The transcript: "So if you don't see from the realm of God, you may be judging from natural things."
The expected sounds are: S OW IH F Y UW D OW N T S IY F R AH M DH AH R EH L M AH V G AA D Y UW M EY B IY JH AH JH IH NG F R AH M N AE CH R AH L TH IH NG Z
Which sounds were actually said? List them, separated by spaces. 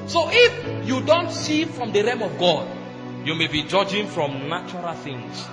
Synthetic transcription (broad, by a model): S OW IH F Y UW D OW N T S IY F R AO M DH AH R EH M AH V G AA D Y UW M EY B IY JH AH JH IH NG F R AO M N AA CH R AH L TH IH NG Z